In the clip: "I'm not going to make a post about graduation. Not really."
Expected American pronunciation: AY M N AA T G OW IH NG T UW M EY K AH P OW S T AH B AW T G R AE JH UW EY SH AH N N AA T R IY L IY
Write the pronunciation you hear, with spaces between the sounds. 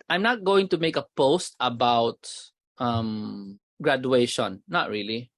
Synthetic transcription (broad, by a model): AY M N AA T G OW IH NG T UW M EY K AH P OW S T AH B AW T G R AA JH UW EY SH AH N N AA T R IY L IY